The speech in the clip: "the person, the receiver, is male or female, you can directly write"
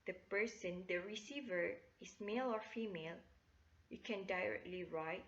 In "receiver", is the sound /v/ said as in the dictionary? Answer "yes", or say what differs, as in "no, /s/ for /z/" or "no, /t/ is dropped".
yes